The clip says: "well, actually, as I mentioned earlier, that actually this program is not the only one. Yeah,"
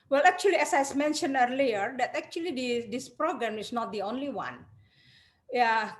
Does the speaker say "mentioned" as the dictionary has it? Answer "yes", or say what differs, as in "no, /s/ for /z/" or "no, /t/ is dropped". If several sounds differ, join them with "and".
no, /d/ is dropped